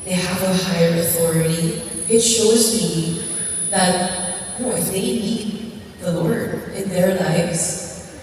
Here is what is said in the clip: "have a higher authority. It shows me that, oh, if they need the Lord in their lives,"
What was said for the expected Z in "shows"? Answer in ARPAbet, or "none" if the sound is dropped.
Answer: Z